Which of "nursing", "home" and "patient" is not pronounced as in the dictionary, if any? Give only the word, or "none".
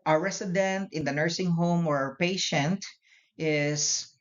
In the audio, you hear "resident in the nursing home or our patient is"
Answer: none